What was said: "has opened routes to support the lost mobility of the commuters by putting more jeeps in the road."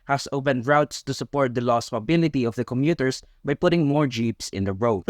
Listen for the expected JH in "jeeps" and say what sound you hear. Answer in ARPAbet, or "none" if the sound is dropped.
JH